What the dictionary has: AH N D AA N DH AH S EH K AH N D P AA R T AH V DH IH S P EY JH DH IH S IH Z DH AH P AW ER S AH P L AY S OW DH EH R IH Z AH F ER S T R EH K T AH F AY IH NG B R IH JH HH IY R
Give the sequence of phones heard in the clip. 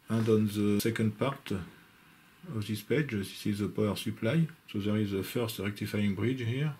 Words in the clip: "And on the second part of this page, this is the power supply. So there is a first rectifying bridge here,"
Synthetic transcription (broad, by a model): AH N D AA N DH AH S EH K AH N D P AA R T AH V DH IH S P EY JH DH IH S IH Z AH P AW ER S AH P L AY S OW DH EH R IH Z AH F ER S T R EH K T AH F AY IH NG B R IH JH HH IY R